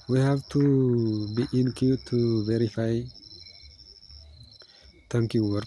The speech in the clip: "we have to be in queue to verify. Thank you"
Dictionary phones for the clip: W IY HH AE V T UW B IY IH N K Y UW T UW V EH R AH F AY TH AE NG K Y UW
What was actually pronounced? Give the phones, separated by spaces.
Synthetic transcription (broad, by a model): W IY HH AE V T UW B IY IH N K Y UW T UW V EH R AH F AY T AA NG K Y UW